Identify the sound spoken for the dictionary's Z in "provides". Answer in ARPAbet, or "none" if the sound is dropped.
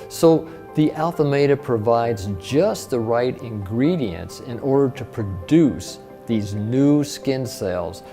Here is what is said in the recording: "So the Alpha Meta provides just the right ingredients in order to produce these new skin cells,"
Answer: Z